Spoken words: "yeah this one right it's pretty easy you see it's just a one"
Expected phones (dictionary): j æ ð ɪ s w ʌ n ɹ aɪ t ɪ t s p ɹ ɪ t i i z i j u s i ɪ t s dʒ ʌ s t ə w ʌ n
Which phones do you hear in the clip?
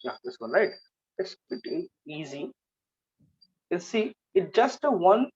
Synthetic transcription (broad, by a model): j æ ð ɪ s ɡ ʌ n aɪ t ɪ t s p ɪ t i i z i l s i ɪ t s dʒ ʌ s t ə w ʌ n